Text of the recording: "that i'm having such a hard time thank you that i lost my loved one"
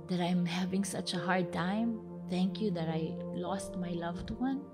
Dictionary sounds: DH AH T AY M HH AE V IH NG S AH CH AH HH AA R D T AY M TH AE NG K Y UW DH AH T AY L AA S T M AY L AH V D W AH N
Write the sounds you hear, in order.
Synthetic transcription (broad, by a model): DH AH T AY M HH AE V IH NG S AH CH AH HH AA R D T AY M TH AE NG K Y UW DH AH T AY L AA S T M AY L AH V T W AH N